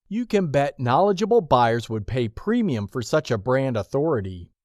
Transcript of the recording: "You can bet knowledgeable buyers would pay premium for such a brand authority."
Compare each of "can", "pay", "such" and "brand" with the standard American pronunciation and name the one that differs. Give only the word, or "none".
none